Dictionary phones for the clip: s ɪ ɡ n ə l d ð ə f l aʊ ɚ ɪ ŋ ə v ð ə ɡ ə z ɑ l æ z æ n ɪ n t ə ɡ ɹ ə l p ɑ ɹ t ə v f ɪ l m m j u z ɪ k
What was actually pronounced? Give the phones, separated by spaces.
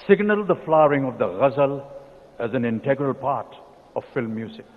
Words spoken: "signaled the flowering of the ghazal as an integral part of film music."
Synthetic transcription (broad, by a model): s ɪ ɡ n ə l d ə f l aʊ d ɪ ŋ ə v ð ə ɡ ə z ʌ l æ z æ n ɪ n t ə ɡ ɹ ə l p ɑ ɹ t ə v f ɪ l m m j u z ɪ k